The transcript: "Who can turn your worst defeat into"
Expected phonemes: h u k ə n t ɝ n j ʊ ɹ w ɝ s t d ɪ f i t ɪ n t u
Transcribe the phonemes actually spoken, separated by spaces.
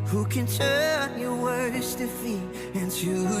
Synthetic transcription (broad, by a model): h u k ə n t ɝ n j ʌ w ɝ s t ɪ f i ɪ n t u